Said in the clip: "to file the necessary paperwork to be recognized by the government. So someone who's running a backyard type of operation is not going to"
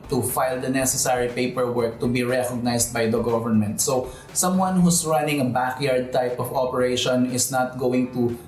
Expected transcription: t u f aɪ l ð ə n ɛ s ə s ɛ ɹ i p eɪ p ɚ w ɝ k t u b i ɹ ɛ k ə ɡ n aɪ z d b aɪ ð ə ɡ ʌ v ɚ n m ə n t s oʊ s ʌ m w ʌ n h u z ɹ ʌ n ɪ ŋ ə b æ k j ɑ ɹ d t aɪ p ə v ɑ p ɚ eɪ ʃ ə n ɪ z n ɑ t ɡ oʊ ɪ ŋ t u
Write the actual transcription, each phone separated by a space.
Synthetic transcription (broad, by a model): t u f aɪ l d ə n ɛ s ə s ɛ ɹ i p eɪ p ɚ w ɝ k t u b i ɹ ɛ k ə ɡ n aɪ s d b aɪ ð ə ɡ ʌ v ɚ n m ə n t s oʊ s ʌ m w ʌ n h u s ɹ ʌ n ɪ ŋ ə b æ k j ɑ ɹ d t aɪ p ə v ɑ p ɚ eɪ ʃ ə n ɪ s n ɑ t ɡ oʊ ɪ ŋ t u